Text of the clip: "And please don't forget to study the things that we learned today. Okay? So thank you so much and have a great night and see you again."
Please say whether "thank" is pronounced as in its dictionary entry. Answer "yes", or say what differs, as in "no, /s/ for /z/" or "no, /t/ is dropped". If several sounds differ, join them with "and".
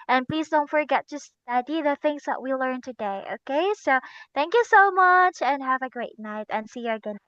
yes